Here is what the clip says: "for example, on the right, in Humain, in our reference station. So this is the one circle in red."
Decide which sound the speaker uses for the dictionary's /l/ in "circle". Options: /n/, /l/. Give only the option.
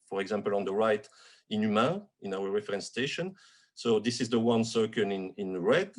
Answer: /n/